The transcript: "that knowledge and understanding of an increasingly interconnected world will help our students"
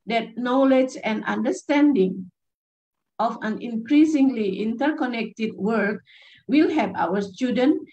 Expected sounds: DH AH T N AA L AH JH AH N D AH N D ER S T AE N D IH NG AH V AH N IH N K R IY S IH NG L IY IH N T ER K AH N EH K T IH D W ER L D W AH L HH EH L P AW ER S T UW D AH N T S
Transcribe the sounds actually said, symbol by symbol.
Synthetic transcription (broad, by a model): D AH T N AA L AH JH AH N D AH N D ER S T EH N D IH NG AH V AH N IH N K R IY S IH NG L IY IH N T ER K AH N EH K T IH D W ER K W AH L HH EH P AW ER S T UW D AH N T